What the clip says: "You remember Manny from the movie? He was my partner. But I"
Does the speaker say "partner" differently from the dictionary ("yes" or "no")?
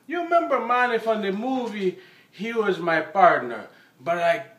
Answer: no